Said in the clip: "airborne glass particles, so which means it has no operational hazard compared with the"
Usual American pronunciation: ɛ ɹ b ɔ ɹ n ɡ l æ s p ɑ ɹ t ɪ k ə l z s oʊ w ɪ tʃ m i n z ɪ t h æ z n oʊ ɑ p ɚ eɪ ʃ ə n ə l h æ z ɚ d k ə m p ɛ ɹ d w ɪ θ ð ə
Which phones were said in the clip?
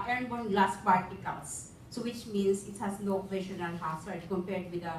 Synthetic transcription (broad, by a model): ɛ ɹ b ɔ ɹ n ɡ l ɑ s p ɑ ɹ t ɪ k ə l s s oʊ w ɪ tʃ m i n s ɪ t h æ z n oʊ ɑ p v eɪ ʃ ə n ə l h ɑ s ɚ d k ə m p ɛ ɹ d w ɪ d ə